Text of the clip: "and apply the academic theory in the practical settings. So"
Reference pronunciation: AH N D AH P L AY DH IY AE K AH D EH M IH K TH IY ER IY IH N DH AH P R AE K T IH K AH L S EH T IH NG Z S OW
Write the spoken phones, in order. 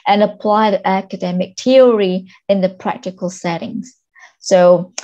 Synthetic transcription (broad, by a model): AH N AH P L AY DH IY AE K AH D EH M IH K T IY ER IY IH N DH AH P R AE K T IH K AH L S EH T IH NG Z S OW